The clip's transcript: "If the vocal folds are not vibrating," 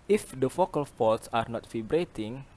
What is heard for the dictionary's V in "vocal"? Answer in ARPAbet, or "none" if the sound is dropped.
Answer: F